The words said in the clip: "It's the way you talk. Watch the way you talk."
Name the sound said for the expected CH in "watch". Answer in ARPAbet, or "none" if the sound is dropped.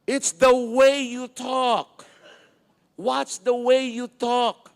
S